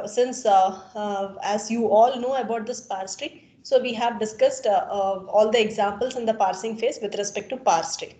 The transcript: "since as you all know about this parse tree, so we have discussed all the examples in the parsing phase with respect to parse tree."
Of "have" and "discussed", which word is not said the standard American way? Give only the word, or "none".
none